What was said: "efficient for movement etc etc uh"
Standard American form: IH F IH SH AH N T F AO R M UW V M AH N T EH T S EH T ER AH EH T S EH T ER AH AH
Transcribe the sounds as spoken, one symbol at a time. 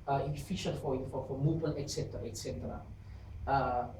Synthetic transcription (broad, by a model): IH F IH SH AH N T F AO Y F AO F M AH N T EH T S EH T ER AH EH T S EH T ER AH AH